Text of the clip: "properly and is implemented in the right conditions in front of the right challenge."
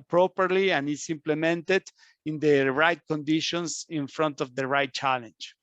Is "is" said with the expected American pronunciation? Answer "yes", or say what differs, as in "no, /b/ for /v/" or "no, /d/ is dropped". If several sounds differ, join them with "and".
no, /s/ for /z/